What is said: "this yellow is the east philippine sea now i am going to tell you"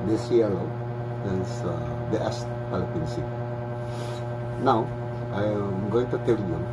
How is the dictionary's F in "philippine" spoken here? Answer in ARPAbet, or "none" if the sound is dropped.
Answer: P